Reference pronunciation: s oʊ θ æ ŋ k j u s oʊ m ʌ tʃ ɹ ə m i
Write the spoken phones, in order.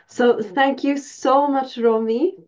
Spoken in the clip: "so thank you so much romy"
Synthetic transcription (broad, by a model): s oʊ θ æ ŋ k j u s oʊ m ʌ tʃ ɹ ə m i